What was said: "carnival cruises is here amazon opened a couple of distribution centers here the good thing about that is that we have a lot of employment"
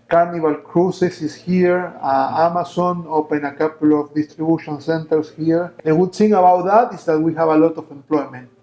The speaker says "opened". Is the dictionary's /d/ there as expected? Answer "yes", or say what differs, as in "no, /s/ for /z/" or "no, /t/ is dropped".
no, /d/ is dropped